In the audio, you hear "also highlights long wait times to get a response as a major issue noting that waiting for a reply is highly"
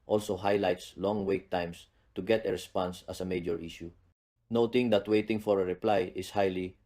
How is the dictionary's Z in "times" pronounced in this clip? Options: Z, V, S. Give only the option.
S